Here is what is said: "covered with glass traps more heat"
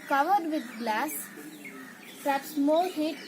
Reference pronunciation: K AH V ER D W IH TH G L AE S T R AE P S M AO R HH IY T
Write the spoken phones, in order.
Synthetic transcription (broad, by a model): K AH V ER D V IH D G L AE S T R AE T S M AO L HH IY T